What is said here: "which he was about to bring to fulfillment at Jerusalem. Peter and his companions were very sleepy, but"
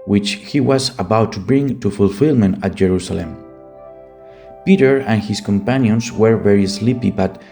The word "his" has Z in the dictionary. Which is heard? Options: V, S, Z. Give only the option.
S